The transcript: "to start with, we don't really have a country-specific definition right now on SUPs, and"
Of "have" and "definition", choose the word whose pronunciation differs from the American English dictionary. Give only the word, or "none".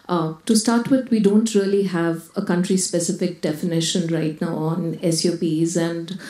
none